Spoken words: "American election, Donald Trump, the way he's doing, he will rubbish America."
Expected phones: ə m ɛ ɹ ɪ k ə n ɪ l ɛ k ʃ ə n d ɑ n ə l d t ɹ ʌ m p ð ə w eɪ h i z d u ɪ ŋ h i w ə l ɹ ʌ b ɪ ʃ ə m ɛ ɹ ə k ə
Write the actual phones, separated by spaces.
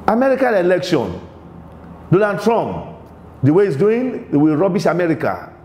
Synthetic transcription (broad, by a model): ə m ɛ ɹ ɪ k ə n ɪ l ɛ k ʃ ə n d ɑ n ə d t ɹ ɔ m p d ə w eɪ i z d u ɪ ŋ w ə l ɹ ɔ b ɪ ʃ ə m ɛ ɹ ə k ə